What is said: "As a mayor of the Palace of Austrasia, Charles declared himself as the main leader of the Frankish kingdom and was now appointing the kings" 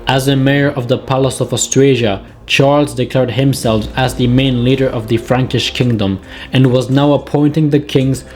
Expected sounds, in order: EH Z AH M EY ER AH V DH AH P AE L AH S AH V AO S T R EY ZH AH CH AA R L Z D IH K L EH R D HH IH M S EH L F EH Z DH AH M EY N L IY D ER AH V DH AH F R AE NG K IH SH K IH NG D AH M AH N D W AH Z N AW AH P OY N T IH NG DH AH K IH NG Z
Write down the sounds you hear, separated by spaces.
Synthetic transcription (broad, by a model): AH Z AH M EY ER AH V DH AH P AE L AH S AH V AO S T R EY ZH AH CH AA R L Z D IH K L EH R D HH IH M S EH L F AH Z DH AH M EY N L IY D ER AH V DH AH F R AE NG K IH SH K IH NG D AH M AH N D W AH Z N AW AH P OY N T IH NG DH AH K IH NG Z